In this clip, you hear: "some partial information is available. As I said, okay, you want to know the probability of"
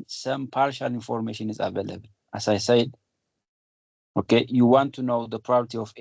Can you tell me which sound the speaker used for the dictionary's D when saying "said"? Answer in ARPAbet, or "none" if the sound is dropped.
D